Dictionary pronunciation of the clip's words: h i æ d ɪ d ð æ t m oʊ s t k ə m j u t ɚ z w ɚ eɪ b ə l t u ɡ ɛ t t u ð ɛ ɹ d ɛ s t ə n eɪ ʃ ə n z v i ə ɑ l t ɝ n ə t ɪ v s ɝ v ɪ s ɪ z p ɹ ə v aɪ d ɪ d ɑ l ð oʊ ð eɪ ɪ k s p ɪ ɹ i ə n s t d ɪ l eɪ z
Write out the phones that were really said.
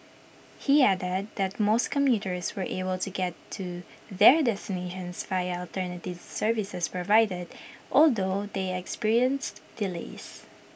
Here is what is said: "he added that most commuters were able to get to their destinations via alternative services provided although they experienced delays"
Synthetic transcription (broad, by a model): h i æ d ɪ d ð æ t m oʊ s t k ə m j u t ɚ s w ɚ eɪ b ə l t u ɡ ɛ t t u ð ɛ ɹ d ɛ s t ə n eɪ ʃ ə n s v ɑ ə ɑ l t ɝ n ə t ɪ v s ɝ v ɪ s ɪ s p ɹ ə v aɪ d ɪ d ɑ l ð oʊ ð eɪ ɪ k s p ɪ ɹ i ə n s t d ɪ l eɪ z